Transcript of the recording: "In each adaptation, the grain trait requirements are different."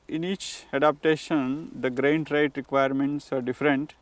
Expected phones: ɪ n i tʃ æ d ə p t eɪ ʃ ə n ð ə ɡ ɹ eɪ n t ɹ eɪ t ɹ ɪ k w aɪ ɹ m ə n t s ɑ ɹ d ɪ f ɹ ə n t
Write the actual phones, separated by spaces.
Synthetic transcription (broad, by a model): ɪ n i tʃ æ d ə p t eɪ ʃ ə n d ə ɡ ɹ eɪ n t ɹ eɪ t ɹ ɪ k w aɪ ɹ m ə n t s ɑ ɹ d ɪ f ɹ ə n t